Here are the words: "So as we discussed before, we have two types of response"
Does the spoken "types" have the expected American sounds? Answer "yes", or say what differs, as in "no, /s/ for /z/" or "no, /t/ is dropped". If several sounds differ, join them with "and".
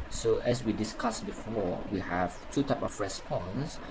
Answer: no, /s/ is dropped